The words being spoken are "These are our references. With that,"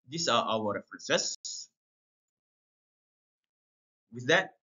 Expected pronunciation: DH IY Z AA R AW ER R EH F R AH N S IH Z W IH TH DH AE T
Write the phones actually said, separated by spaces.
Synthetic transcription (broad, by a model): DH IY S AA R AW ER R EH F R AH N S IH S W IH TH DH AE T